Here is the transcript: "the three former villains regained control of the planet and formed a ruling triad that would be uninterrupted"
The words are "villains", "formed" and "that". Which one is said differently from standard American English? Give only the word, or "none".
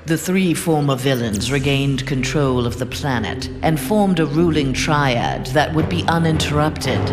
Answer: none